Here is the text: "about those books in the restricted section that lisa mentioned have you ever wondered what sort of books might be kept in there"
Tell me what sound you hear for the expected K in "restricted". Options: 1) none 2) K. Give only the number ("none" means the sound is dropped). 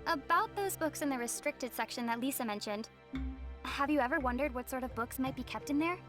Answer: 2